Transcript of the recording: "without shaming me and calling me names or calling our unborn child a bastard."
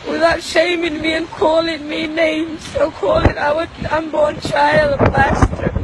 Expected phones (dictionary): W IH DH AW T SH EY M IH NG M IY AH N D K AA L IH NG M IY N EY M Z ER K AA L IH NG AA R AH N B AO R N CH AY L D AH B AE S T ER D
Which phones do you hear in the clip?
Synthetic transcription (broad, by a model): W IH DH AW T SH EY M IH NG M IY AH N K AA L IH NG M IY N EY M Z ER K AA L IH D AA W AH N B AO R N CH AY L D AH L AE S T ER